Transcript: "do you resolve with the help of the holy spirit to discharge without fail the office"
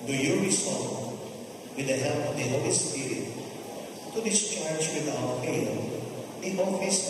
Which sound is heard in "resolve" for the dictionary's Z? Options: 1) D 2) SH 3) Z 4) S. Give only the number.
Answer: 4